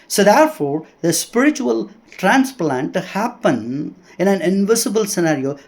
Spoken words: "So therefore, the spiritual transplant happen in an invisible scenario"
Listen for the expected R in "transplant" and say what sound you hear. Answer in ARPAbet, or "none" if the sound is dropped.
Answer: R